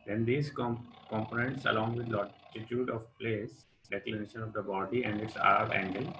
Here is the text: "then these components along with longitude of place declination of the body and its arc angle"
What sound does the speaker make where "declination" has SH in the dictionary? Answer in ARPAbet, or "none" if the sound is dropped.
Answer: SH